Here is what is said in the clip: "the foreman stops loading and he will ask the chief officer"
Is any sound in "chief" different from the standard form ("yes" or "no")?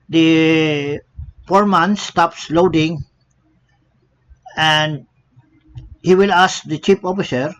yes